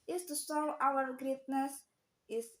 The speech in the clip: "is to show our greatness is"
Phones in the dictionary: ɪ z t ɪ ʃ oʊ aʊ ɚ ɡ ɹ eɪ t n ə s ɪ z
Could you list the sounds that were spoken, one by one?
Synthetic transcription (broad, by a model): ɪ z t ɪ s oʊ aʊ ɚ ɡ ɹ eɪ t n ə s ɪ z